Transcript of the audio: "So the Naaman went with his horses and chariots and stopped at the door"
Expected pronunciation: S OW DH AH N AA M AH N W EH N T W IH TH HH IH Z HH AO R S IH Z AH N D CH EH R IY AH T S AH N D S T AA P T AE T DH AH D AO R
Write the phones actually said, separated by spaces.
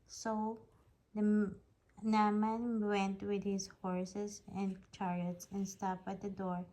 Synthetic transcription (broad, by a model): S OW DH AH N AA M AH N W EH N T W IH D HH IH S HH AO R S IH S AH N D CH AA R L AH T S AH N D S T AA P AH T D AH D AO R